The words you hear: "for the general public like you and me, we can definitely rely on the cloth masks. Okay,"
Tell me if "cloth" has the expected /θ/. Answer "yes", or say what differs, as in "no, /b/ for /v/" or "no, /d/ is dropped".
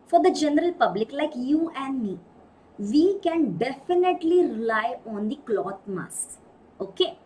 no, /t/ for /θ/